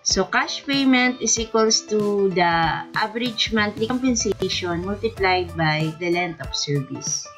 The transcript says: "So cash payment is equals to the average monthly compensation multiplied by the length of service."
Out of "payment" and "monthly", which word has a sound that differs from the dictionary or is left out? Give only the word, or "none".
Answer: monthly